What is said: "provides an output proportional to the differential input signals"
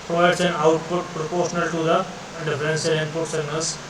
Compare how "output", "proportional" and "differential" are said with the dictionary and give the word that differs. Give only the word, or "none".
differential